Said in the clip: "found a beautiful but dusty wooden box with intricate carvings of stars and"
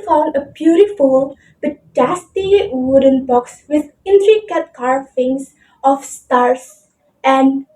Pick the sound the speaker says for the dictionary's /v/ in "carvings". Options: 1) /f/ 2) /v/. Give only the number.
1